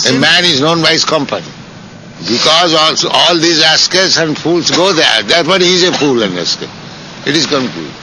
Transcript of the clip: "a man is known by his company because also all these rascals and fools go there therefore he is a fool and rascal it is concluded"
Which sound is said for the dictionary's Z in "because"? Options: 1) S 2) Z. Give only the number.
2